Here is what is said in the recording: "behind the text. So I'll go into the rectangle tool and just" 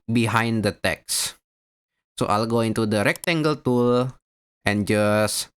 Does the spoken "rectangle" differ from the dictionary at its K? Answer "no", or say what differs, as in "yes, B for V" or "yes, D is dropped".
no